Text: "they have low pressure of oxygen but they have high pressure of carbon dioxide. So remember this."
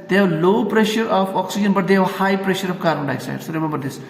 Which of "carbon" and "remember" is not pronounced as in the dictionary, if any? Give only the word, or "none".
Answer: carbon